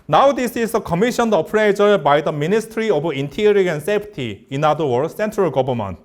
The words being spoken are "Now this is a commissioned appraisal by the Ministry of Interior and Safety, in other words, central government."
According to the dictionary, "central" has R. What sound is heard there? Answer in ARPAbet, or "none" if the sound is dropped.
R